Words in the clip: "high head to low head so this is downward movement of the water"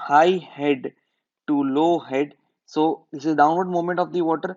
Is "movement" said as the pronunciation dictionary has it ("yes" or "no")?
no